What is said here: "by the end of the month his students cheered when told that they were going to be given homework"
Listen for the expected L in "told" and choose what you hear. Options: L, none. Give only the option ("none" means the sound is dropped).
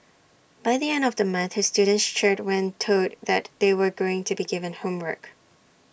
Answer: none